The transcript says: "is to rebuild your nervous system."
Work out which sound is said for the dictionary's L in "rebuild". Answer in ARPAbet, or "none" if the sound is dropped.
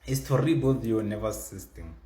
none